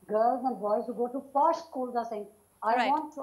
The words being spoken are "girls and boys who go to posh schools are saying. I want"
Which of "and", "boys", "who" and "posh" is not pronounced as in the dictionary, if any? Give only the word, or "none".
posh